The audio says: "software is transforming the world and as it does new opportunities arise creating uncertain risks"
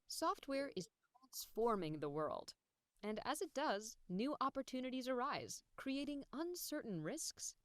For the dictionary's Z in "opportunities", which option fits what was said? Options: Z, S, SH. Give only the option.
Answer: Z